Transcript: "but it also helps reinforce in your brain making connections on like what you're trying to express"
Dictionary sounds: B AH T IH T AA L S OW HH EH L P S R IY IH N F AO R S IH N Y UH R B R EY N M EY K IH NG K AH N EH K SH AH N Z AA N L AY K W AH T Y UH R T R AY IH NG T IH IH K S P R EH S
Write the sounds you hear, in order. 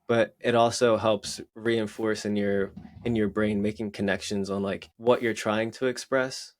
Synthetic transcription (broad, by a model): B AH T IH T AA L S OW HH EH L P S R IY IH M F AO R S IH N Y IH R B R EY N M EY K IH NG K AH N EH K SH AH N Z N L AY K W AH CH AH R T R AY IH NG T IH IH K S P R EH S